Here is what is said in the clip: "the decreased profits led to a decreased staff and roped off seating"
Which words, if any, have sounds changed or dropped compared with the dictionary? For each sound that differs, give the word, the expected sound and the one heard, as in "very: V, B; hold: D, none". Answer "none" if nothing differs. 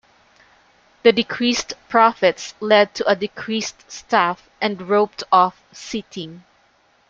none